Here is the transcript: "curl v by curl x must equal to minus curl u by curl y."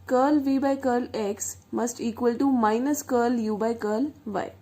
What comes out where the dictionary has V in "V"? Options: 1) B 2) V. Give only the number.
2